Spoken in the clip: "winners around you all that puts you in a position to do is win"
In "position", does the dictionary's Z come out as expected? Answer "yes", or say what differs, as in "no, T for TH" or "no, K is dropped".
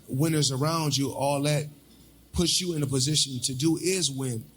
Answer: yes